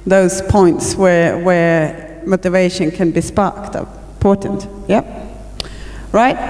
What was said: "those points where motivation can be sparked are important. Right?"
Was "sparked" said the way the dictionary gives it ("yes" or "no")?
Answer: yes